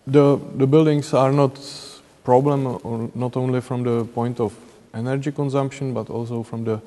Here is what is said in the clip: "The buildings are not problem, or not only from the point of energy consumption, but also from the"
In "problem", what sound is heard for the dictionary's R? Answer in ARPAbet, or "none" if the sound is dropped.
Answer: R